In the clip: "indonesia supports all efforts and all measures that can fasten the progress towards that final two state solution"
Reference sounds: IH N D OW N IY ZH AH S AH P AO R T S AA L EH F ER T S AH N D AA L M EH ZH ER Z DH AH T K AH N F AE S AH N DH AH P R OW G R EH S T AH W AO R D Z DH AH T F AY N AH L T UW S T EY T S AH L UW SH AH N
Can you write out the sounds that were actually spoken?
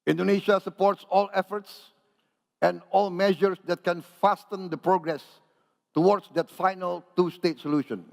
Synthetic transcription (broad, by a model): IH N D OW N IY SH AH S AH P AO R T S AA L EH F ER T S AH N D AA L M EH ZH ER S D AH T K AH N F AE S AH N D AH P R OW G R EH S T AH W AO R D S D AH T F AY N AH L T UW S T EY T S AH L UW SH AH N